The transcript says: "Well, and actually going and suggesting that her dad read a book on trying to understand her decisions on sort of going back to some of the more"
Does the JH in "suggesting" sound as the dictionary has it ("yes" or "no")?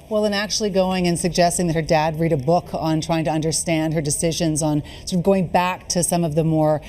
yes